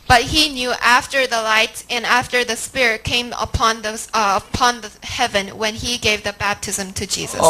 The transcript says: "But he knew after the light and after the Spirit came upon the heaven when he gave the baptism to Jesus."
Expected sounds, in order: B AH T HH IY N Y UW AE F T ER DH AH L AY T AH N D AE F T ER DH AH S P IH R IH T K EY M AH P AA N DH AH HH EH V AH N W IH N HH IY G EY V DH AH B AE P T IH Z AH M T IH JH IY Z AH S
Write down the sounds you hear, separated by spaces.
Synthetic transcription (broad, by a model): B AH T HH IY N Y UW AE F T ER DH AH L AY T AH N AE F T ER DH AH S P IH R IH T K EY M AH P AA N DH AH HH EH V AH N W IH N IY G EY V DH AH B AE P T IH Z AH M T IH JH IY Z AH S